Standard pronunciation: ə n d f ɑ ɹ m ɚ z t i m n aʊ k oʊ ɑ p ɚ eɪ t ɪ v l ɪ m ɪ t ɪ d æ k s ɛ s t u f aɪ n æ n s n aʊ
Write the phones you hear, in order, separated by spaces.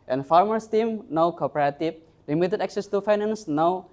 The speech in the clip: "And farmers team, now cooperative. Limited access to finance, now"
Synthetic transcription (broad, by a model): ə n f ɑ ɹ m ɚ s t i m n aʊ k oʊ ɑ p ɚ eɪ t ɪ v l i m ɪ t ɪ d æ k s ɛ s t u f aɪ n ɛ n s n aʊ